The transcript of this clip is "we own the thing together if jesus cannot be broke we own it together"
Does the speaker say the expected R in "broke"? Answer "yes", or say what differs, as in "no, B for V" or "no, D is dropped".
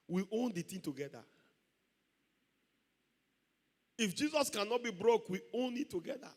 yes